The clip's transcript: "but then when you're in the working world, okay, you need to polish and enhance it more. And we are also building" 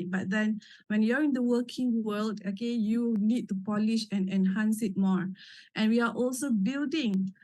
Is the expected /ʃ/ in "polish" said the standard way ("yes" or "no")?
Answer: yes